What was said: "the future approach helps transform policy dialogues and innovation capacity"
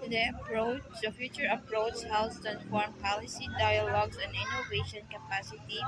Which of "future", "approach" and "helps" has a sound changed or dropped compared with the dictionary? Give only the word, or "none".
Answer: helps